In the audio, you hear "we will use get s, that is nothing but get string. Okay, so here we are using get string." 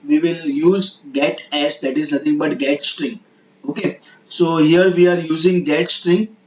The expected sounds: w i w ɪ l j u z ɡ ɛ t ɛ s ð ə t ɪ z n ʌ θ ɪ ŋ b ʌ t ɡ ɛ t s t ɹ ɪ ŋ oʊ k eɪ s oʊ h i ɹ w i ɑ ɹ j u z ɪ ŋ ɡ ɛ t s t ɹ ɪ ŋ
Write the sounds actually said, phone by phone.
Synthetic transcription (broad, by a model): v i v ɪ l j u z ɡ ɛ t ɛ s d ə t ɪ z n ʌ t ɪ ŋ b ʌ t ɡ ɛ t s t ɹ ɪ ŋ oʊ k eɪ s oʊ h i ɹ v i ɑ ɹ j u z ɪ ŋ ɡ ɛ t s t ɹ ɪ ŋ